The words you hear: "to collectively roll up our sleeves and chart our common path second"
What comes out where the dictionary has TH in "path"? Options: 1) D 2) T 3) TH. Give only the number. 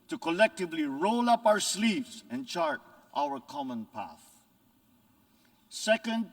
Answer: 3